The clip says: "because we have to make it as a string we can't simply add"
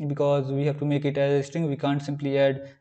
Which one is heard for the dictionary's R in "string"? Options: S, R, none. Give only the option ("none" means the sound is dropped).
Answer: none